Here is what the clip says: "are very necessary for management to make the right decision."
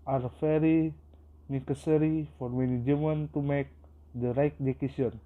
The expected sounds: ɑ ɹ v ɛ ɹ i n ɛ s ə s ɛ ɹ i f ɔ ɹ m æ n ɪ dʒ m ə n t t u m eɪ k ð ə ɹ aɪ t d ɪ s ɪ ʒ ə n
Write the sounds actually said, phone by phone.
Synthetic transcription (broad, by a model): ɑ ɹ f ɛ ɹ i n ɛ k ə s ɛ ɹ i f ɔ ɹ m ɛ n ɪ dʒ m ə n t t u m eɪ k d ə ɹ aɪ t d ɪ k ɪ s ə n